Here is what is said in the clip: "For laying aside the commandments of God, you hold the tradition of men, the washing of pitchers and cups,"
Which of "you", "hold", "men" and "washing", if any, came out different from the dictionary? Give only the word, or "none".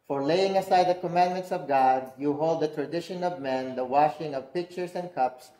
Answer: none